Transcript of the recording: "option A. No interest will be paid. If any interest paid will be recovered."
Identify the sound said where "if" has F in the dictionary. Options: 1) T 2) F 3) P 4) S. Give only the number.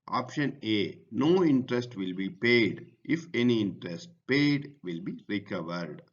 2